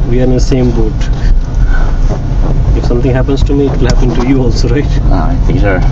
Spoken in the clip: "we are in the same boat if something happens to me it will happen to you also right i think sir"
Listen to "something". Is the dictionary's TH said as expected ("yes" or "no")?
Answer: no